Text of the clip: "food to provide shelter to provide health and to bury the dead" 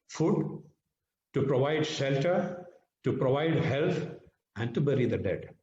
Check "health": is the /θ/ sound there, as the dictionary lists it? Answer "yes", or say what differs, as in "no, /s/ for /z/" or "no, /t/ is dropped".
no, /t/ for /θ/